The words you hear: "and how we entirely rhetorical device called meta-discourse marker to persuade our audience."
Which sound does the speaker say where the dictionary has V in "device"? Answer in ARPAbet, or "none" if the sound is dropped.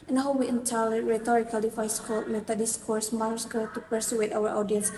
F